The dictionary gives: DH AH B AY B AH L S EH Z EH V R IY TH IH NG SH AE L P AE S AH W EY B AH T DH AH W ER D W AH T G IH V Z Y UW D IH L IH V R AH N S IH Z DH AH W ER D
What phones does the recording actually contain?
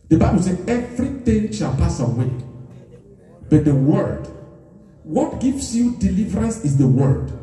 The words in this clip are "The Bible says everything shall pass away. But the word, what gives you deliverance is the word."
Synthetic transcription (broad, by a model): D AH B AY B AH L S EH EH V R IY T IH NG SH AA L P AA S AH W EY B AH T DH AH W ER D W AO T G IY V S Y UW D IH L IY V R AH N S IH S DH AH W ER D